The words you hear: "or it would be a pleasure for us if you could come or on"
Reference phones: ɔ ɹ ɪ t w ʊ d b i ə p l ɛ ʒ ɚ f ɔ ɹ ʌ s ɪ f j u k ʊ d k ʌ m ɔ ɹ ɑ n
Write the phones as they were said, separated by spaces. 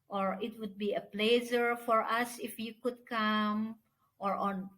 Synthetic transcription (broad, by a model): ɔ ɹ ɪ t w ʊ d b i ə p l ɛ z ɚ f ɔ ɹ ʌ s ɪ f j u k ʊ d k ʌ m ɔ ɹ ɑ n